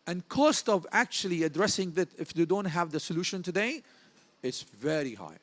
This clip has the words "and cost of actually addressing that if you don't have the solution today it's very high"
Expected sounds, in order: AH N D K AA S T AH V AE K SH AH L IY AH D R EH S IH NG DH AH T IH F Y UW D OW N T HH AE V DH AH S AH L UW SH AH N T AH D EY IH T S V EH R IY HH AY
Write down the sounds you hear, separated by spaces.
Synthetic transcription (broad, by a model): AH N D K AA S T AH V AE K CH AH L IY AH D R EH S IH NG DH AH T IH F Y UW D OW N T HH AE V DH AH S AH L UW SH AH N T AH D EY IH T S V EH R IY HH AY